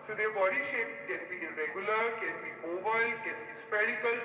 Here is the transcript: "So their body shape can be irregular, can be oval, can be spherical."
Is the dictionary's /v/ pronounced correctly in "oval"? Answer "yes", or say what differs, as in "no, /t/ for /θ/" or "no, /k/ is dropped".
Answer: no, /b/ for /v/